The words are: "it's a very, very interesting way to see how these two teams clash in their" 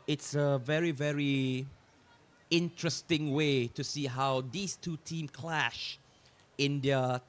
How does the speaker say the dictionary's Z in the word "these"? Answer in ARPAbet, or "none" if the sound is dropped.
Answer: S